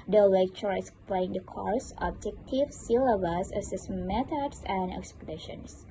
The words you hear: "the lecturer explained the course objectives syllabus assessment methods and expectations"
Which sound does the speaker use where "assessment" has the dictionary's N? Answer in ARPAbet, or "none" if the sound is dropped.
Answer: none